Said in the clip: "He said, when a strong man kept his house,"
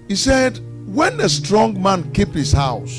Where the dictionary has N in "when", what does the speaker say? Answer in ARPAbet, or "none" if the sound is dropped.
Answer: N